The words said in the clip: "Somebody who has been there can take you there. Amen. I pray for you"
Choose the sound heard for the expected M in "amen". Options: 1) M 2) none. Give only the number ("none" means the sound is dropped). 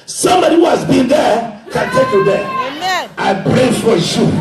2